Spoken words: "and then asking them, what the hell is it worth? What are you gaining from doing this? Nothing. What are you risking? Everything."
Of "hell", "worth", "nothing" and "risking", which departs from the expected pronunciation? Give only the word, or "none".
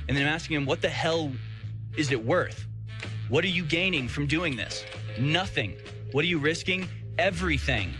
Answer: none